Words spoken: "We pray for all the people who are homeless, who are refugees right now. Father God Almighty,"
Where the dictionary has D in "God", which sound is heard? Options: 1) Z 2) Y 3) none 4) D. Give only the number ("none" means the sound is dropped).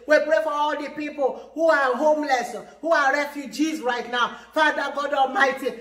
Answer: 4